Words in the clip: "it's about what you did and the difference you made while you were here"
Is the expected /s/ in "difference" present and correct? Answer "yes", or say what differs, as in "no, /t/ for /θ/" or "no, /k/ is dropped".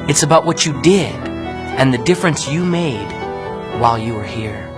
yes